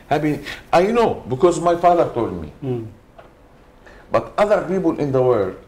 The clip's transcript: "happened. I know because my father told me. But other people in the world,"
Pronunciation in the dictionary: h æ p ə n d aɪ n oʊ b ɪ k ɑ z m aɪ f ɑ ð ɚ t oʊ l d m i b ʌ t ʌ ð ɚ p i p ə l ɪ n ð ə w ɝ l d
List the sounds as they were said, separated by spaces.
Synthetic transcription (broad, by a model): h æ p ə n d aɪ n oʊ b ɪ k ɑ z m aɪ f ɑ ð ɚ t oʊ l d m i b ʌ t ʌ ð ɚ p i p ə l ɪ n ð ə w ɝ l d